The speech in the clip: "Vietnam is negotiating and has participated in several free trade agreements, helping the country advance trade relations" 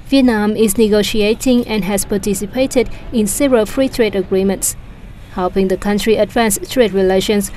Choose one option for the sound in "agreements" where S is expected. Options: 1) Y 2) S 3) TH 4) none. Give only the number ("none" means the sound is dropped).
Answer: 2